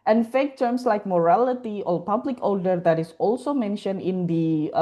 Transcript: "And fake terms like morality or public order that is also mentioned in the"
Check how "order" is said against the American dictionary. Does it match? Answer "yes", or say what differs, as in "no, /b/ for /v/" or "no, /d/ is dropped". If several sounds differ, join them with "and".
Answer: no, /l/ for /ɹ/